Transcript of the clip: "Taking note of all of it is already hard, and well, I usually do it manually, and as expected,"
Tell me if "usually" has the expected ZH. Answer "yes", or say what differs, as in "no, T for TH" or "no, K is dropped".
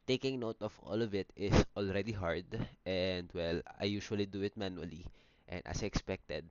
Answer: no, SH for ZH